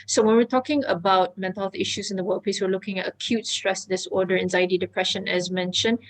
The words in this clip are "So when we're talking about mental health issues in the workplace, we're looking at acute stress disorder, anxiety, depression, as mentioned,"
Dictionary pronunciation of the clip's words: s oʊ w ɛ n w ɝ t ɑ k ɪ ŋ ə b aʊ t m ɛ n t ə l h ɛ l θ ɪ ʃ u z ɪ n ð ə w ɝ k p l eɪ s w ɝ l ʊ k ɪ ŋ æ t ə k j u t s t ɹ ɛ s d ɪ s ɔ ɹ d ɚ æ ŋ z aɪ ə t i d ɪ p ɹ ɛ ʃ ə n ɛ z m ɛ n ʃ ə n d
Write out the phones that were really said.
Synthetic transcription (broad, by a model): s oʊ w ɛ n w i t ɑ k ɪ ŋ ə b aʊ t m ɛ n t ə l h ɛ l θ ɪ ʃ u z ɪ n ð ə w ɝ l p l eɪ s w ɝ l ʊ k ɪ ŋ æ t ə k j u t s t ɹ ɛ s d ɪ s ɔ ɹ d ɚ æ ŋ z aɪ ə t i d ɪ p ɹ ɛ ʃ ə n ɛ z m ɛ n ʃ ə n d